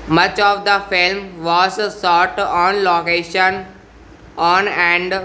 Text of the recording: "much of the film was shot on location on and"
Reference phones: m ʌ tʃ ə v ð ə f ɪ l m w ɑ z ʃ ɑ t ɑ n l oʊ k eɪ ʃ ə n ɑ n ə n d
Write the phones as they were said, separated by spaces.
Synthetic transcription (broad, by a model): m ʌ tʃ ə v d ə f ɪ l m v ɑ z s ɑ t ɑ n l oʊ k eɪ ʃ ə n ɑ n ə n d